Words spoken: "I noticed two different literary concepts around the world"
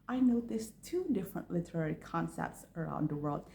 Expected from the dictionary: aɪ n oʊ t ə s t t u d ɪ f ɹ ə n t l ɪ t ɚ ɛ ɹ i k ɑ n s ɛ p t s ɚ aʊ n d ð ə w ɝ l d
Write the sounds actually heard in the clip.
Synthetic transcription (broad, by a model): aɪ n oʊ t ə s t t u d ɪ f ɹ ə n t l ɪ t ɚ ɛ ɹ i k ɑ n s ɛ p t s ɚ aʊ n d ð ə w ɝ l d